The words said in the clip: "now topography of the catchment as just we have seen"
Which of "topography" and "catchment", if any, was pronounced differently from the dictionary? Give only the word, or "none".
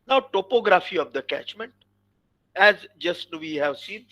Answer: none